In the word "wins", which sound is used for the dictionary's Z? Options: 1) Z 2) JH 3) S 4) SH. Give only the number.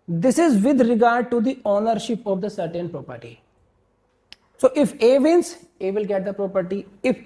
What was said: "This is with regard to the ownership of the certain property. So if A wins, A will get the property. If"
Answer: 3